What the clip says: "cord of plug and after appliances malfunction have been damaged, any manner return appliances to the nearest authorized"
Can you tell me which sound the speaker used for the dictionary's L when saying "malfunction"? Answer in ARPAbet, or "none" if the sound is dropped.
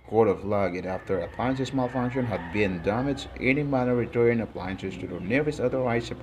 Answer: L